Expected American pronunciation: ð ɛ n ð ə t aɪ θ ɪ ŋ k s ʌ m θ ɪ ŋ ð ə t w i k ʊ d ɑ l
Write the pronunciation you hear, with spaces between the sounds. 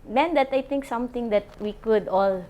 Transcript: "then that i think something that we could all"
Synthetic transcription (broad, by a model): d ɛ n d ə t aɪ t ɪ ŋ k s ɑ m t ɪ ŋ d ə t w i k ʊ d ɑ l